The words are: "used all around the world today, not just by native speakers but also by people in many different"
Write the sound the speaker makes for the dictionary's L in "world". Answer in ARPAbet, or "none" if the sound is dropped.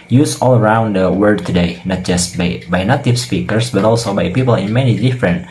none